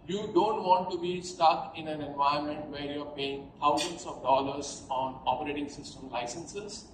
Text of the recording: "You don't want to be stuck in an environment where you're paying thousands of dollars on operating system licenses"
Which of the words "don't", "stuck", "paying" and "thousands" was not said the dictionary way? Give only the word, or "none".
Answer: thousands